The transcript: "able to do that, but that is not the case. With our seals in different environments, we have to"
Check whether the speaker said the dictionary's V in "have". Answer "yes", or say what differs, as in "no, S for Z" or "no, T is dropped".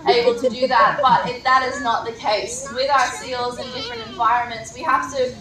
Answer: no, F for V